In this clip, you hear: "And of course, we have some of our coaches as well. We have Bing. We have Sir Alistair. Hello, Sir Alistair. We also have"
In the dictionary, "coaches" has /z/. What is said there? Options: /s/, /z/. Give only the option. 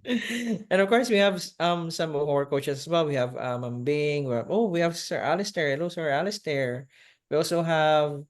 /s/